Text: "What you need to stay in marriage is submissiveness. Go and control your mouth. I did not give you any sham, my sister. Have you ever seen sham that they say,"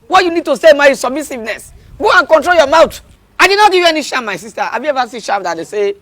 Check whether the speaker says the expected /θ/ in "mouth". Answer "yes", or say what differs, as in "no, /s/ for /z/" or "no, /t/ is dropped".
no, /t/ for /θ/